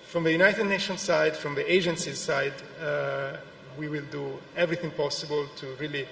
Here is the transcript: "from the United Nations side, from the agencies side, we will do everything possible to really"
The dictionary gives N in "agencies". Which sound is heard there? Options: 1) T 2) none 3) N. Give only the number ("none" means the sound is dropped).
3